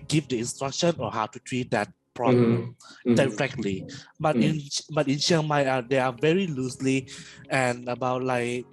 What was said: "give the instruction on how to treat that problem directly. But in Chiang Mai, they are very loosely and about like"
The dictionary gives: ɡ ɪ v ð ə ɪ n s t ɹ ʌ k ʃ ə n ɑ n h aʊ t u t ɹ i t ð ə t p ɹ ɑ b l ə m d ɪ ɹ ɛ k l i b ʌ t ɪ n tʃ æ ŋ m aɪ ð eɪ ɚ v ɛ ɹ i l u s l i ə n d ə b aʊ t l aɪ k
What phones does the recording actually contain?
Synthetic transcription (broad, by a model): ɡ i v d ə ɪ n s t ɹ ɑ k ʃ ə n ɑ h aʊ t u t ɹ i t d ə t p ɹ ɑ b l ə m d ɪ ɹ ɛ k l i b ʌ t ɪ n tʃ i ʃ m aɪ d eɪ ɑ v ɛ ɹ i l u s l i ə n ə b aʊ t l aɪ k